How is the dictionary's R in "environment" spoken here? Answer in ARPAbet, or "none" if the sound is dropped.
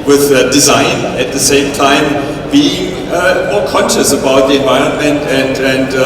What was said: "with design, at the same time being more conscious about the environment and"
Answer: R